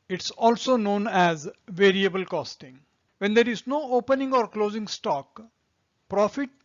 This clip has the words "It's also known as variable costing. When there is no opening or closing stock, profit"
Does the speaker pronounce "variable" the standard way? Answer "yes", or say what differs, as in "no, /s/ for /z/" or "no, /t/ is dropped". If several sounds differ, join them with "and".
yes